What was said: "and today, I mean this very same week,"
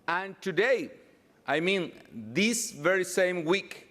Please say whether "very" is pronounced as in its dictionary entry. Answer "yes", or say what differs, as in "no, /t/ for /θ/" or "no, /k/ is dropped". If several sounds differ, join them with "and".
yes